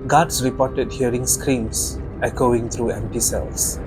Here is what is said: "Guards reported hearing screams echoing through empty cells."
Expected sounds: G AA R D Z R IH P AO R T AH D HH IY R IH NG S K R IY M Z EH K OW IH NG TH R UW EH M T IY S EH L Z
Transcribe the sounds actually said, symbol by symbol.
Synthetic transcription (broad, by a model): G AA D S R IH P AO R T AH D HH IY R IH NG S K R IY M S EH K OW IH NG T R UW EH M T IY S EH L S